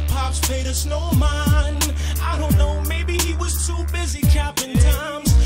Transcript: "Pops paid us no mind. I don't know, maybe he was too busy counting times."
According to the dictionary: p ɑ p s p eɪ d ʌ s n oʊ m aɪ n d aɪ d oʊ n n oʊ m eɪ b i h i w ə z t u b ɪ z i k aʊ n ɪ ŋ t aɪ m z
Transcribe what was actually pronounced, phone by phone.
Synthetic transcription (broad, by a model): p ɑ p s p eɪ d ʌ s n oʊ m aɪ n aɪ d oʊ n n oʊ m eɪ b i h i w ə z t u b ɪ z i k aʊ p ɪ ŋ t aɪ m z